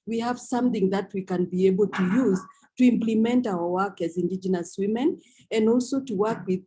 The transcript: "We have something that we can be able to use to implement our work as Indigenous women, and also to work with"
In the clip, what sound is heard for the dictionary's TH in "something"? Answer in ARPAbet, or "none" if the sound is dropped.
TH